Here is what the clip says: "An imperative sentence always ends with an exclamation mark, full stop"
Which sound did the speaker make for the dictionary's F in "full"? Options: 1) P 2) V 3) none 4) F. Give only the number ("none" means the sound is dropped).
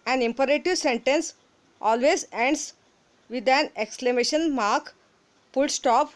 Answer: 1